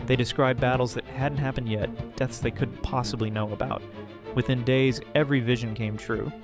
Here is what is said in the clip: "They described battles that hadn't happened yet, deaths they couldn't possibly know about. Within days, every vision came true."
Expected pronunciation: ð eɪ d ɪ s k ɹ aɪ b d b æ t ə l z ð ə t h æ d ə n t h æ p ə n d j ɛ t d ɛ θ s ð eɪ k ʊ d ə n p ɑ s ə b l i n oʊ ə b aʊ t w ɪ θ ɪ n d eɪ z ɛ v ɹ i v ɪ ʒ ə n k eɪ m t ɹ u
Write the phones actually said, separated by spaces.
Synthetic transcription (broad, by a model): ð eɪ d ɪ s k ɹ aɪ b b æ t l z ð ə t h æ d n t h æ p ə n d j ɛ t d ɛ θ s ð eɪ k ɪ d p ɑ s ə b l i n oʊ ə b aʊ t w ɪ θ ɪ n d eɪ z ɛ v ɹ i v ɪ ʒ ə n k eɪ m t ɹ u